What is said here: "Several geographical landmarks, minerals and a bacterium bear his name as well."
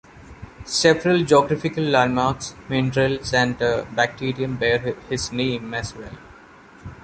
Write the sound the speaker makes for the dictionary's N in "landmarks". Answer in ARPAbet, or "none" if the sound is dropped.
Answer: none